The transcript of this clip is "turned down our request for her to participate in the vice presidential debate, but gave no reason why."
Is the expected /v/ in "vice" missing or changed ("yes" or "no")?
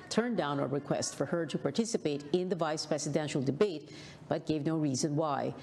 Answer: no